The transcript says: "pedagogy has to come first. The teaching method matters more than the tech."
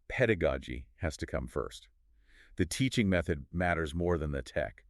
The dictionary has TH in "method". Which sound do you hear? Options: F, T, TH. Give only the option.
TH